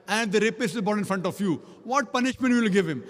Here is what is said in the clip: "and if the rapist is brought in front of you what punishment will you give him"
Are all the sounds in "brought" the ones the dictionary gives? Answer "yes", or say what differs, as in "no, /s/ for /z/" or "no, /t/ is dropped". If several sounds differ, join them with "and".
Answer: no, /ɹ/ is dropped